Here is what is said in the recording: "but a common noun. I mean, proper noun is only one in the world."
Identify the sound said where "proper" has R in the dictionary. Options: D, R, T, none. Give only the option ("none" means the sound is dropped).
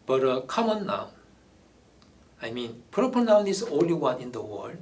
none